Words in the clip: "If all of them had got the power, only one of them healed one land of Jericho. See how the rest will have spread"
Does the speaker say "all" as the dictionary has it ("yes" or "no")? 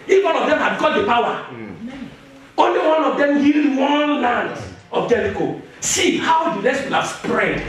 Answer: no